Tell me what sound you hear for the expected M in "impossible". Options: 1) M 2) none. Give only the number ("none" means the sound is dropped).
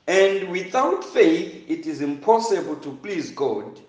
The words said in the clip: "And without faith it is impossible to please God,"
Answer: 1